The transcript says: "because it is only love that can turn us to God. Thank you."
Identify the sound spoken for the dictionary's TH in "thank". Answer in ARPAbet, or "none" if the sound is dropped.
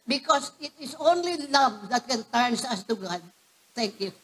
T